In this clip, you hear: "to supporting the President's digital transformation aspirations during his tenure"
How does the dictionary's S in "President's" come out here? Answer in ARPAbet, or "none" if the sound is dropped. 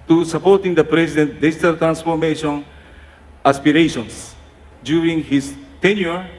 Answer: none